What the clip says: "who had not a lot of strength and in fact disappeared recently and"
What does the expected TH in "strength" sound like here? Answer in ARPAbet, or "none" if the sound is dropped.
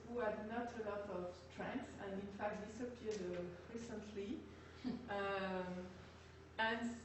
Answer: S